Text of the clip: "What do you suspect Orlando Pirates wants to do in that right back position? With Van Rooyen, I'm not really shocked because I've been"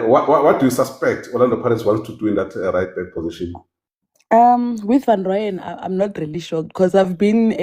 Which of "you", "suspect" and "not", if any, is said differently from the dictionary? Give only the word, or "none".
none